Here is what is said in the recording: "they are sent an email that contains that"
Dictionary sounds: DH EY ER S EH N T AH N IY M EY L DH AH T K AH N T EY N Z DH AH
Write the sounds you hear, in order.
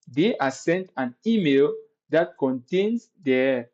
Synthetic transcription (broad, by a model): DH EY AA S EH N T AH N IY M EY L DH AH T K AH N T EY N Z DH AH